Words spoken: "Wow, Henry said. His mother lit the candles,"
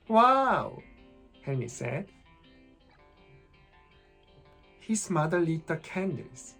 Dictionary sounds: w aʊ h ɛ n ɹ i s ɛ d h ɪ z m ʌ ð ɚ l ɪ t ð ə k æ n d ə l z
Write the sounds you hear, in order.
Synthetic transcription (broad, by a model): w aʊ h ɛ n i s ɛ d h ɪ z m ʌ ð ɚ l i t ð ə k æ n d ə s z